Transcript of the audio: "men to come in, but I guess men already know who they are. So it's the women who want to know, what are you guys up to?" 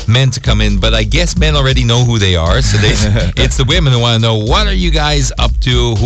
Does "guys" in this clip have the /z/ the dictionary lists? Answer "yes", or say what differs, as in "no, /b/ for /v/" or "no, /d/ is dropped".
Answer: yes